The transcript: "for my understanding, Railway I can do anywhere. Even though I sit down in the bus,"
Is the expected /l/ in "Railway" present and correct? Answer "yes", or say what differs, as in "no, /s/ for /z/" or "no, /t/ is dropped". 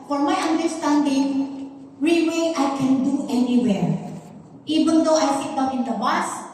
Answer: no, /l/ is dropped